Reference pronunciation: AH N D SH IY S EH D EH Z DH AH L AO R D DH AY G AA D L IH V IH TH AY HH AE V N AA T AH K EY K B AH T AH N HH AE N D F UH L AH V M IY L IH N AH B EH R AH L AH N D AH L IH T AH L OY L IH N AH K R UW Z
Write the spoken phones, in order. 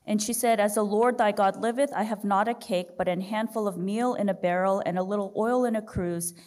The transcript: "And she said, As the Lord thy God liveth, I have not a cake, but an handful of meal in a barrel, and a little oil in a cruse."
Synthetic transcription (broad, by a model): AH N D SH IY S EH D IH Z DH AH L AO R D DH AY G AA D L IH V IH TH AY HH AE V N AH T AH K EY K B AH T AH N HH AE N D F UH L AH V M IY L IH N AH B EH R L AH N AH L IH T L OY L IH N AH K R UW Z